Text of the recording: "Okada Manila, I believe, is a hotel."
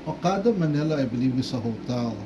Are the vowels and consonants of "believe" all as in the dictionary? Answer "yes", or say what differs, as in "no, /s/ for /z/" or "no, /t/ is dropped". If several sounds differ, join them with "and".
no, /w/ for /v/